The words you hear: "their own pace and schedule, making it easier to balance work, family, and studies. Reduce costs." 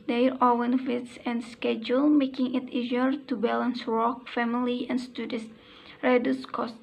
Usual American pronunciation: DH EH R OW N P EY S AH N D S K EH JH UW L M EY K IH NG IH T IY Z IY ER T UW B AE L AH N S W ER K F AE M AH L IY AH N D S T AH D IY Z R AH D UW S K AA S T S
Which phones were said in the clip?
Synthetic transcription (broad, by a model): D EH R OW N F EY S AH N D S K EH JH UW L M EY K IH NG IH T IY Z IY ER T UW B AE L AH N S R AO K F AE M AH L IY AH N S T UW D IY S R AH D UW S K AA S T